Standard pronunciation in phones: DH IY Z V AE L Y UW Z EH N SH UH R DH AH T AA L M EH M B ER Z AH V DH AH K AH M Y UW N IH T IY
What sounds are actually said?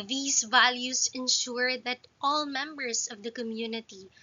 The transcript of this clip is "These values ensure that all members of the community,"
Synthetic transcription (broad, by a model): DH IY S V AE L Y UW S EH N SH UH R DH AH T AA L M EH M B ER S AH V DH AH K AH M Y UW N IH T IY